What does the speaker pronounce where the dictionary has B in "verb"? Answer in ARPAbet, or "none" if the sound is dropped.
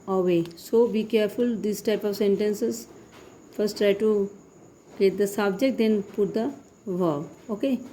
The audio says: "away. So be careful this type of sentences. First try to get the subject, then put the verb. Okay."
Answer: none